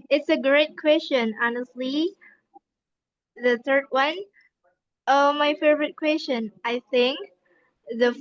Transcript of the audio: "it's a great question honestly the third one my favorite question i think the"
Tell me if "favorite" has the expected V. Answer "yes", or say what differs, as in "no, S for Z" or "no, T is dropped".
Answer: yes